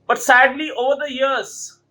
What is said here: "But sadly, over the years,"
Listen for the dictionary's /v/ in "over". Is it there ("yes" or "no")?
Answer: yes